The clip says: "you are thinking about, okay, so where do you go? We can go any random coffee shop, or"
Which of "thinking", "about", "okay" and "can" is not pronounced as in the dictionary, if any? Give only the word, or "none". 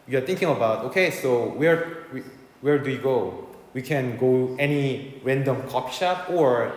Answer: thinking